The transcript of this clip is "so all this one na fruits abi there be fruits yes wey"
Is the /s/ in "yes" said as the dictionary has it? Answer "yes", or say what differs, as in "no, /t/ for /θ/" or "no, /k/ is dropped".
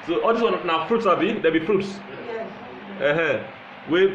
no, /s/ is dropped